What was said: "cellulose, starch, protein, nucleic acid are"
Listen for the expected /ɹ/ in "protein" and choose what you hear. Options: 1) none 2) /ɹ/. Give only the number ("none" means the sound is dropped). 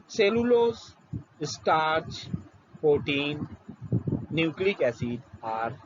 1